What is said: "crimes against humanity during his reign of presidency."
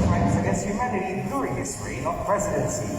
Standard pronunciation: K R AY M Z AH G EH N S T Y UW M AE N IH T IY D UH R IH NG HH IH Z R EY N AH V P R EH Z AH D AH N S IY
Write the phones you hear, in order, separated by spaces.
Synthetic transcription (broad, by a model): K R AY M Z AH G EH S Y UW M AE IH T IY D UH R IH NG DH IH S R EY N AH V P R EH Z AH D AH N S IY